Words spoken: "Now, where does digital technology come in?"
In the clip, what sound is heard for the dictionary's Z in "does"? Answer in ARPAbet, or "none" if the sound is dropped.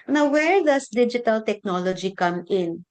S